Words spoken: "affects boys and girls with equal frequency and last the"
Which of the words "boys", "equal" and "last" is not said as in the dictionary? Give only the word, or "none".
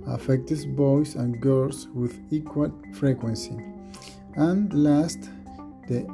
boys